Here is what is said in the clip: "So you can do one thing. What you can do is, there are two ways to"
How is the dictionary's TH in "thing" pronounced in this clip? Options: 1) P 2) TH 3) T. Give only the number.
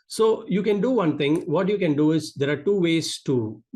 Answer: 3